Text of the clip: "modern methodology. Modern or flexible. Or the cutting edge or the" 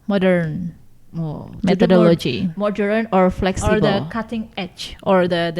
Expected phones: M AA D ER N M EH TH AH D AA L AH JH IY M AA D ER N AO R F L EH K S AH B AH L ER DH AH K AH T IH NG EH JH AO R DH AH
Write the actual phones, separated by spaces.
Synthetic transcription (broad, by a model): M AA D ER N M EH T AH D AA L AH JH IY M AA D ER N AO R F L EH K S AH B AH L K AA T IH NG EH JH AO R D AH